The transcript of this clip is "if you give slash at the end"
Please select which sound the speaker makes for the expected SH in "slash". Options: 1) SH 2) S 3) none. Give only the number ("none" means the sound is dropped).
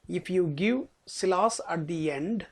2